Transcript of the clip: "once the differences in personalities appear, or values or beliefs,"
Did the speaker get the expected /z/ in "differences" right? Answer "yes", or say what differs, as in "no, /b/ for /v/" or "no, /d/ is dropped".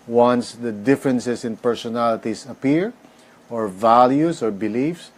no, /s/ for /z/